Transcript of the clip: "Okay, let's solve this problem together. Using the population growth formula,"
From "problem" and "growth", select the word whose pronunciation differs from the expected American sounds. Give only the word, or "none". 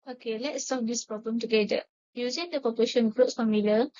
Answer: growth